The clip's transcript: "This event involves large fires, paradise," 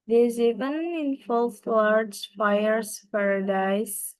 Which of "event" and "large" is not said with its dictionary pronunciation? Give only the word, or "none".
event